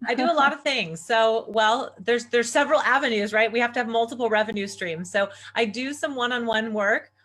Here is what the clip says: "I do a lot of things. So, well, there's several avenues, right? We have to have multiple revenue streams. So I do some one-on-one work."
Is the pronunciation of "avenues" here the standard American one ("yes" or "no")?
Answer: yes